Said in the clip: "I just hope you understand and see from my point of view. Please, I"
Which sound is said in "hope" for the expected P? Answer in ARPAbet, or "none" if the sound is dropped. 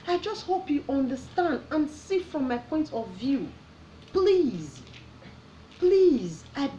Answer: P